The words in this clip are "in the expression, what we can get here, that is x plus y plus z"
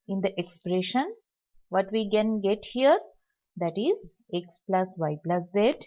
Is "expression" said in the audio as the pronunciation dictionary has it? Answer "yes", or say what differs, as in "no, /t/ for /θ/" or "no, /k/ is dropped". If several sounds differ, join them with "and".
yes